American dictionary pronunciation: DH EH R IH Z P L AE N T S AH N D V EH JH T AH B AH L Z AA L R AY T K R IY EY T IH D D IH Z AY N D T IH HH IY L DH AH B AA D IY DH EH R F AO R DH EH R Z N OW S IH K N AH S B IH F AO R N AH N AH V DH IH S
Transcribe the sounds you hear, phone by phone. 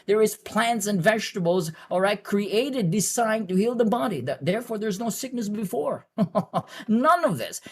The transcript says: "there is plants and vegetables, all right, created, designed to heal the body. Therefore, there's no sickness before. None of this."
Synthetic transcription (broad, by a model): DH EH R IH Z P L AE N T S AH N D V EH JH T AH B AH L Z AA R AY K R IY EY T IH D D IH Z AY N T IH HH IY L DH AH B AA D IY DH EH R F AO R DH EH R Z N OW S IH K N AH S B IH F AO R N AH N AH V DH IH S